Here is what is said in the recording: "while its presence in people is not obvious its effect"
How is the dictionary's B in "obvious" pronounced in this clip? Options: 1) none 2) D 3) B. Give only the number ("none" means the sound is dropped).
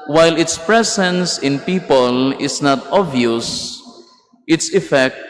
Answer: 1